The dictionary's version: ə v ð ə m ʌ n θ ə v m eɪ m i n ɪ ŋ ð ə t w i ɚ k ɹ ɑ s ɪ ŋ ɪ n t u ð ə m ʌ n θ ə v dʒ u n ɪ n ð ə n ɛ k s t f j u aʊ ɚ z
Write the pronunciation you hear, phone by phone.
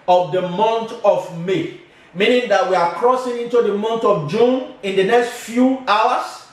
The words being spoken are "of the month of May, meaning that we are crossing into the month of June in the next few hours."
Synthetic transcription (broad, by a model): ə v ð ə m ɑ n t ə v m eɪ m i n ɪ ŋ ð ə t w i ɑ k ɹ ɑ s ɪ ŋ ɪ n t u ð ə m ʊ n t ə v dʒ u n ɪ n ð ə n ɛ k s t f j u aʊ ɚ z